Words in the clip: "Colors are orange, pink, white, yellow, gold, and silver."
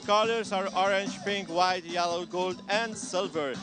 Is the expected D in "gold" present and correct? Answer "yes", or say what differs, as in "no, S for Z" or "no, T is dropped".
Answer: yes